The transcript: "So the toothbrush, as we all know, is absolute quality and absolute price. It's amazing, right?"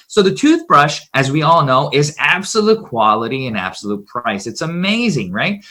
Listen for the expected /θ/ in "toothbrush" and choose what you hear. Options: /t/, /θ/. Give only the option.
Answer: /θ/